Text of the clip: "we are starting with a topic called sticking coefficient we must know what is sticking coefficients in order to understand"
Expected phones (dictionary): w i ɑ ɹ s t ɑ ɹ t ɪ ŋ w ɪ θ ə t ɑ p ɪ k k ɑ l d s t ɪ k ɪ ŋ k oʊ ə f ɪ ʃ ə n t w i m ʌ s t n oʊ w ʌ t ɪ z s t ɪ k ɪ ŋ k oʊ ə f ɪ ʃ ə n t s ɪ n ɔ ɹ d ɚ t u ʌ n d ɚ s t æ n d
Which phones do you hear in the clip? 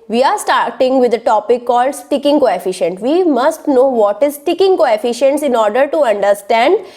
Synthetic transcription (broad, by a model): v i ɑ ɹ s t ɑ ɹ t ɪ ŋ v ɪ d ə t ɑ p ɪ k k ɑ l d s t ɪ k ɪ ŋ k oʊ ə f ɪ ʃ ə n t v i m ʌ s t n oʊ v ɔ t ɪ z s t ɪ k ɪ ŋ k oʊ ə f ɪ ʃ ə n t s ɪ n ɔ ɹ d ɚ t u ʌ n d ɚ s t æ n d